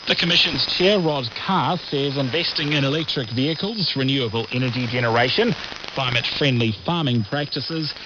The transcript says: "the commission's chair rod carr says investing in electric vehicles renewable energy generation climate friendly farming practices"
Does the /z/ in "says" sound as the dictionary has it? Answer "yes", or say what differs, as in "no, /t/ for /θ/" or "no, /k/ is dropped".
yes